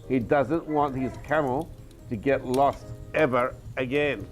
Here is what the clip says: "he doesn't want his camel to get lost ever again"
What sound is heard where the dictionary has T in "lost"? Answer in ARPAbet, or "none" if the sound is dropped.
T